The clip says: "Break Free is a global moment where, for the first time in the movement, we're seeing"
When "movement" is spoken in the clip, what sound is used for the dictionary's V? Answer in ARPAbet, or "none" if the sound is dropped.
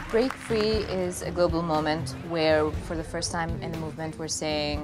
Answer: V